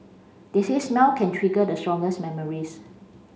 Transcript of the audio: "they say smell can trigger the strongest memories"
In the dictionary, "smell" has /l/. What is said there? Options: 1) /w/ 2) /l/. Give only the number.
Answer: 1